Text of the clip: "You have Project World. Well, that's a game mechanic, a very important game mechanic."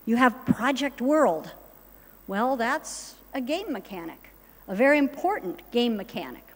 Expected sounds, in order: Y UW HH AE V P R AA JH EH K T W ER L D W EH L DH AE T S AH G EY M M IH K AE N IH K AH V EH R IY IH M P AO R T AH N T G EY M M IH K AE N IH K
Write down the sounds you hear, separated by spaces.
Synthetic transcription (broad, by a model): Y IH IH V P R AA JH EH K T W ER L D W EH L DH AE T S AH G EY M M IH K AE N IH K AH V EH R IY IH M P AO R T N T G EY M M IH K AE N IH K